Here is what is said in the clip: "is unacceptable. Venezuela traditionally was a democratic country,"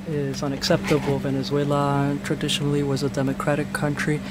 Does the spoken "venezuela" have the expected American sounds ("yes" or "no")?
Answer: yes